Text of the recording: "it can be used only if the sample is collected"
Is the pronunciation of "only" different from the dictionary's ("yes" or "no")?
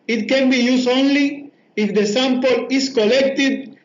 no